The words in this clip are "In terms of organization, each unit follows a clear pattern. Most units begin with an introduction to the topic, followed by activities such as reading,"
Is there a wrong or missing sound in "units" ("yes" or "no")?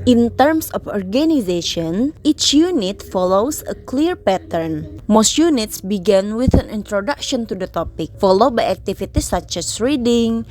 no